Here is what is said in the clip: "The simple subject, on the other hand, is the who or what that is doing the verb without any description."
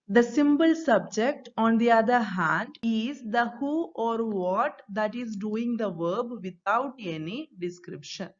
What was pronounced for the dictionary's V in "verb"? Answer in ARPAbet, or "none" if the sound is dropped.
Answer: V